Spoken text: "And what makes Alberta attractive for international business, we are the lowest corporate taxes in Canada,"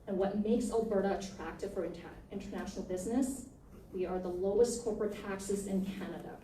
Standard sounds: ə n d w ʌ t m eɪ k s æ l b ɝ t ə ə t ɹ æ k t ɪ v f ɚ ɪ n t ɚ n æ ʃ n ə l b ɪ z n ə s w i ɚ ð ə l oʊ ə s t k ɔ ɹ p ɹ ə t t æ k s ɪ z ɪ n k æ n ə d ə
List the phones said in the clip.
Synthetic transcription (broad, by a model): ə n w ʌ t m eɪ k s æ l b ɝ t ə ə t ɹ æ k t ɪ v f ɚ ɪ n t ɚ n æ ʃ n l b ɪ z n ə s w i ɚ ð ə l oʊ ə s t k ɔ ɹ p ɹ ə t t æ k s ɪ z ɪ n k æ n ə d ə